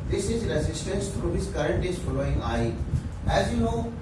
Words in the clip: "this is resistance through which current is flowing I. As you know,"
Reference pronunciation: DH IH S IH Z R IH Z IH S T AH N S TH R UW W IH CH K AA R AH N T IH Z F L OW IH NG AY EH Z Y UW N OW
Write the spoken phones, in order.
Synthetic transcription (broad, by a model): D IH S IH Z R IH Z IH S T AH N S T R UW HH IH S K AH R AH N T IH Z F L OW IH NG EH EH Z Y UW N OW